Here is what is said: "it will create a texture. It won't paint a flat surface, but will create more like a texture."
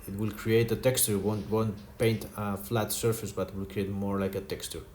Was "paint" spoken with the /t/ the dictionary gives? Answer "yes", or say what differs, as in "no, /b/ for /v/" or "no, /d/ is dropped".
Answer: yes